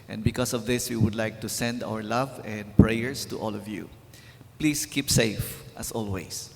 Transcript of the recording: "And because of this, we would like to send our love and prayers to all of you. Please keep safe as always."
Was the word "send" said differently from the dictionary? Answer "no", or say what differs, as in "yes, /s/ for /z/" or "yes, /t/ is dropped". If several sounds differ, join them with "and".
no